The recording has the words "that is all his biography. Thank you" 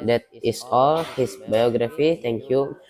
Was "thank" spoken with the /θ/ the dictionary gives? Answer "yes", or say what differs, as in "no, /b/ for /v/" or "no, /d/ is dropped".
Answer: no, /t/ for /θ/